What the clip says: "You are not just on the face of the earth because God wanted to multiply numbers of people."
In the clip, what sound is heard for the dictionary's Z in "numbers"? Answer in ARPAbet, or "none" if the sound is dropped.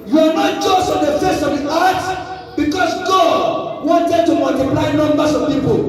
S